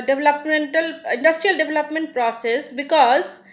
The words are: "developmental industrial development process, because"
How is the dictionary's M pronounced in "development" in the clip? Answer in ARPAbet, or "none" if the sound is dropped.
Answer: M